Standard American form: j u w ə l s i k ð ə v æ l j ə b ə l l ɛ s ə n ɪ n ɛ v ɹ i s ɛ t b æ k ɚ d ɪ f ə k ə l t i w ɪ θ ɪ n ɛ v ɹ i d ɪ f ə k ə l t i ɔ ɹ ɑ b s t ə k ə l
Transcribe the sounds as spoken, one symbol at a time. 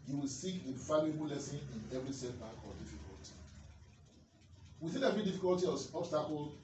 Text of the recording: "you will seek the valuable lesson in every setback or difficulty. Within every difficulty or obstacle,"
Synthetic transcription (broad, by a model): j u w ə l s i k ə f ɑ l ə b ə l l ɛ s ə n ɪ n ɛ v ɹ i s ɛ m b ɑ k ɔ d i f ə k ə l t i w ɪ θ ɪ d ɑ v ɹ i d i f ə k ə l t i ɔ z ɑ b s t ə k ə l